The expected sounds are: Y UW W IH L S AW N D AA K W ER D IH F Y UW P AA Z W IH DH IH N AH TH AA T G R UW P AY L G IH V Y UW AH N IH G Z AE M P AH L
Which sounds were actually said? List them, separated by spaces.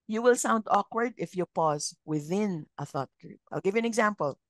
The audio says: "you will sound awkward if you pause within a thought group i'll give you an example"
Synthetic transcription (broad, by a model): Y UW W IH L S AW N D AA K W ER D IH F Y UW P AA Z W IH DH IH N AH TH AA T G R UW P AY L G IH V Y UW AH N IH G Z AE M P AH L